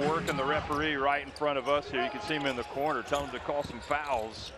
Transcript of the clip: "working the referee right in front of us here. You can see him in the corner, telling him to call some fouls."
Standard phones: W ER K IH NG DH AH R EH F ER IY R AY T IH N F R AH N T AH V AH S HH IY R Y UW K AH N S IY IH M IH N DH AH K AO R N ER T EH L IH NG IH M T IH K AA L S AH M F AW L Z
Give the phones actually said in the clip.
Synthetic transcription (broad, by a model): W ER K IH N DH AH R EH F ER IY R AY T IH N F R AH T AH V AH S HH IY R Y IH K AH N S IY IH M IH N DH AH K AO R N ER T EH L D IH M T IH K AA L S AH M F AW L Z